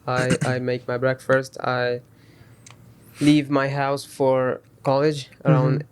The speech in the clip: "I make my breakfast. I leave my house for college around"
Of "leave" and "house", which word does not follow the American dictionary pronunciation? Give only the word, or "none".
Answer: none